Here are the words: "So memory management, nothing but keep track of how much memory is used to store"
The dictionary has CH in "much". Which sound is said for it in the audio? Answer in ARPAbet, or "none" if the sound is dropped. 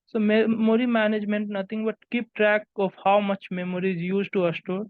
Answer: CH